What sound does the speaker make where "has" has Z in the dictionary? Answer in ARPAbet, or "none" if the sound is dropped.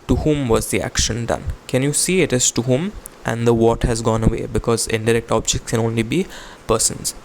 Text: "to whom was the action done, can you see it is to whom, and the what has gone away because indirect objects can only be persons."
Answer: Z